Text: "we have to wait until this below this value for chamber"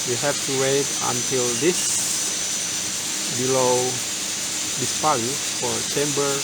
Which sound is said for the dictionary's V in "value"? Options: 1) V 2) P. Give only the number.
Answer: 2